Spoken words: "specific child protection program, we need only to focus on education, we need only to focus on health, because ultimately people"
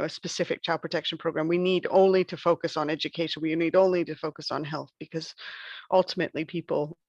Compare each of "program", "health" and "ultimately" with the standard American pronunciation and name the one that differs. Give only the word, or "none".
none